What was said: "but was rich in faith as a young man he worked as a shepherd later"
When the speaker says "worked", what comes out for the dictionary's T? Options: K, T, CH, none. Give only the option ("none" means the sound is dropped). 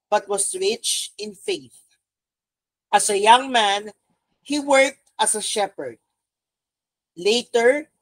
T